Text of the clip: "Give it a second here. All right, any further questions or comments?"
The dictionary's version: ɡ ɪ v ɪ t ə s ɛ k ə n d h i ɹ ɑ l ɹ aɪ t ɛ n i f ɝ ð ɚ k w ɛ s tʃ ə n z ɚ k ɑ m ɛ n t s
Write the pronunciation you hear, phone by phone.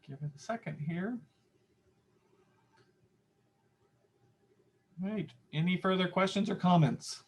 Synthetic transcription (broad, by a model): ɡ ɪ v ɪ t ə s ɛ k ə n d h i ɹ ɹ aɪ t ɛ n i f ɝ ð ɚ k w ɛ s tʃ ə n z ɚ k ɑ m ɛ n t s